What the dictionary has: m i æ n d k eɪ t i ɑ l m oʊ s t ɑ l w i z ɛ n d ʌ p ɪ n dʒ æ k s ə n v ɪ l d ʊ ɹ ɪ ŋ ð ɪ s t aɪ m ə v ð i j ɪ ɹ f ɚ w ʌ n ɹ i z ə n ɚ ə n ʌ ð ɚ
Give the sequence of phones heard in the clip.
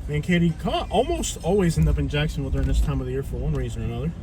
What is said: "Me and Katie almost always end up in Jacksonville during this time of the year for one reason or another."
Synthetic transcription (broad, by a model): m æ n k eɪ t i ɑ l m oʊ s t ɑ l w i z ɛ n d ʌ p ɪ n dʒ æ k s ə n w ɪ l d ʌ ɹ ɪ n ð ɪ s t aɪ m ə v ð i j ɪ ɹ f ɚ w ʌ n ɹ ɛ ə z ɚ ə n ʌ ð ɚ